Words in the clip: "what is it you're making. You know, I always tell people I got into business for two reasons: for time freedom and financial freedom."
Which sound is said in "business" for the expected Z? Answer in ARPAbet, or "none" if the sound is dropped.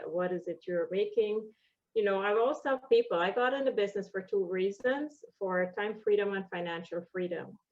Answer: Z